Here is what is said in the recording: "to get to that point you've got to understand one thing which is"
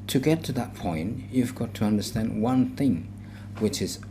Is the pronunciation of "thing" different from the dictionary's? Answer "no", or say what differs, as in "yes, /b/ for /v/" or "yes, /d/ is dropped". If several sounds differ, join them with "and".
no